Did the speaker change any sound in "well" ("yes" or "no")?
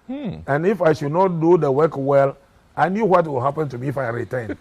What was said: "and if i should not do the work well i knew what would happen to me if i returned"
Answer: no